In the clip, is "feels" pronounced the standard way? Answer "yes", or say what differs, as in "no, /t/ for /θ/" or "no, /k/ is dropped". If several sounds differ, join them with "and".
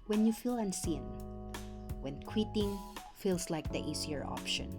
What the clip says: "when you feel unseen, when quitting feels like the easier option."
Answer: no, /s/ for /z/